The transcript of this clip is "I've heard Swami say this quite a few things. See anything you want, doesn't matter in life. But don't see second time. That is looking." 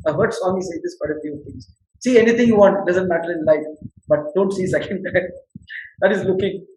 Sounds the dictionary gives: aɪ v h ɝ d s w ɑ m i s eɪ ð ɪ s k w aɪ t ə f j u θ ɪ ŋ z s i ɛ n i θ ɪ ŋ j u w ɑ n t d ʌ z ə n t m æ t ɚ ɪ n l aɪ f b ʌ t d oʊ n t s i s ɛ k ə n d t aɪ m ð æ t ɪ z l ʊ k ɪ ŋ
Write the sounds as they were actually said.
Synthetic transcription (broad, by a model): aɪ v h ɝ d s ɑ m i s eɪ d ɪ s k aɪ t ə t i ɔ t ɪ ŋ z s i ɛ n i t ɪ ŋ j u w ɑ n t d ʌ z ə n t m æ t ɚ ɪ n l aɪ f b ʌ t d oʊ n t s i s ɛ k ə n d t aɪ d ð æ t ɪ z l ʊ k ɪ ŋ